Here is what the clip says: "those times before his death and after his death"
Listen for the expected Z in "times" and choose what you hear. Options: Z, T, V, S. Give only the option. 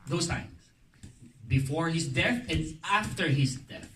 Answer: S